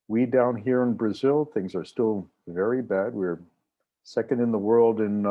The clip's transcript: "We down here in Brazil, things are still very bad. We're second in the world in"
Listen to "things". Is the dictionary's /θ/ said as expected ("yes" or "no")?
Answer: yes